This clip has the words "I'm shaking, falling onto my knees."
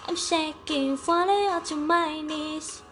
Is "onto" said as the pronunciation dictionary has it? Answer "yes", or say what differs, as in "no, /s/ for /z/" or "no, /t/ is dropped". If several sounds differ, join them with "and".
no, /n/ is dropped